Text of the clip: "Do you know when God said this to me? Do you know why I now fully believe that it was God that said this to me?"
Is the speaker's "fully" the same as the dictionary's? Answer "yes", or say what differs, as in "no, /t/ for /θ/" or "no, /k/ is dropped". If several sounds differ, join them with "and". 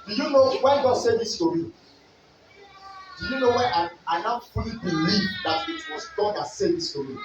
no, /p/ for /f/